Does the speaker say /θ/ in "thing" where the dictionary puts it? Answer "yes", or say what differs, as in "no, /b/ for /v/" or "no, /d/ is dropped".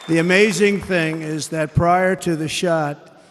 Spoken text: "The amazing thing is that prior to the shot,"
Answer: yes